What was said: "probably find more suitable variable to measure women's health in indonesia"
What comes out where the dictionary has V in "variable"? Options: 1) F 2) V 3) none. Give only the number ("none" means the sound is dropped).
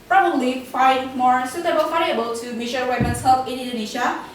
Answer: 1